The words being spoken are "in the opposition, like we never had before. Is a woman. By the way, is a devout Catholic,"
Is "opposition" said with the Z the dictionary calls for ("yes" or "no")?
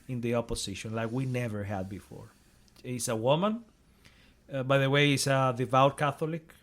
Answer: no